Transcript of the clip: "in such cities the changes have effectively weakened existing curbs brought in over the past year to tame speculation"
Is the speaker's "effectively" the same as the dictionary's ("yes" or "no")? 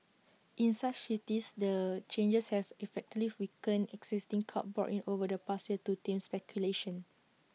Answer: no